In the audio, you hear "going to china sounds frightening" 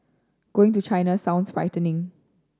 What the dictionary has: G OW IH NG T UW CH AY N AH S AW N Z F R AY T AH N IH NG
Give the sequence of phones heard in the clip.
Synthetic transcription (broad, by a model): G OW IH NG T UW CH AY N AH S AW N S F R AY T AH N IH NG